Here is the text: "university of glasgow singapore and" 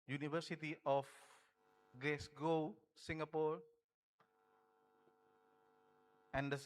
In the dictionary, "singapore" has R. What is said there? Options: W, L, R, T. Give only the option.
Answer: R